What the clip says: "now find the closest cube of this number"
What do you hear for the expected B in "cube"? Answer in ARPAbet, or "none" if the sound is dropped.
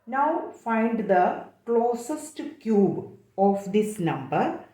B